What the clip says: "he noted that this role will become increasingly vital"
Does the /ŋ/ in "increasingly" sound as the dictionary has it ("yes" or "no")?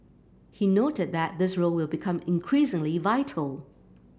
yes